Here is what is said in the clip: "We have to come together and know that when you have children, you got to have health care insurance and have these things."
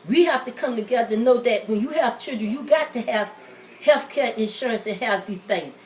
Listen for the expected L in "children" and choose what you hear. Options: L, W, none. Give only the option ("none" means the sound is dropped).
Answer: none